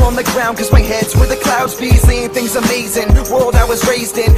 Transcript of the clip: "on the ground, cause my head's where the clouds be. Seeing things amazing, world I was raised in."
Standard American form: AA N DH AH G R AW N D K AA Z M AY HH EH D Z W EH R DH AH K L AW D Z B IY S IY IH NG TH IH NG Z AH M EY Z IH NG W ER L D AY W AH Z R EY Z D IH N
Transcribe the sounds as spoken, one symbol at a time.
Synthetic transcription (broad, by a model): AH N DH AH G R AW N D K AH Z M AY HH EH D Z W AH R DH AH K L AW D Z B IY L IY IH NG TH IH NG Z AH M EY Z IH NG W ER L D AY W AH Z R EY Z D IH N